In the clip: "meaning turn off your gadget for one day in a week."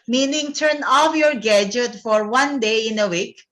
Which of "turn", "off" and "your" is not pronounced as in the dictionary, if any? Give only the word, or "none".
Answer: none